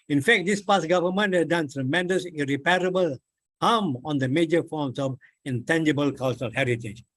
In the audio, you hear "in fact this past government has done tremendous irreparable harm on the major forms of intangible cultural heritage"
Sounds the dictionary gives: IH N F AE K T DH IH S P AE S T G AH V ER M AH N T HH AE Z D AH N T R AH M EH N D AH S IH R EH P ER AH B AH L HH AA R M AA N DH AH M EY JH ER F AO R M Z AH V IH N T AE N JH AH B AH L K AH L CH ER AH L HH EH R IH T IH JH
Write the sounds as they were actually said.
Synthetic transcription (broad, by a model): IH N F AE K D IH S P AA S G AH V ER M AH N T HH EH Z D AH N T R AH M EH N D AH S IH R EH P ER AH B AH L HH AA M AA N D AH M EY JH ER F AO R M S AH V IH N T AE N JH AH B AH L K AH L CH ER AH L HH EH R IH T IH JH